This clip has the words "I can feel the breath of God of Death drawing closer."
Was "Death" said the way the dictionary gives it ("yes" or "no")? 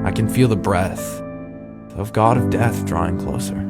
yes